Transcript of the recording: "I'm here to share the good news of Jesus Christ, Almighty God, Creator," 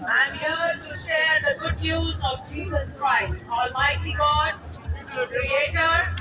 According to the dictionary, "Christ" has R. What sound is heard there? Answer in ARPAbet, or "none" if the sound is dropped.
R